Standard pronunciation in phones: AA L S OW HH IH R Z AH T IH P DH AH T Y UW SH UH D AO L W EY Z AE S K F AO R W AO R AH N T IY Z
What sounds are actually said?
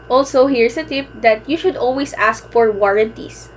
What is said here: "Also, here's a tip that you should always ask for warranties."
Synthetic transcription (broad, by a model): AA L S OW HH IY R S AH T IH P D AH T Y UW SH UH D AO L W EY S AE S K F AO R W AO R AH N T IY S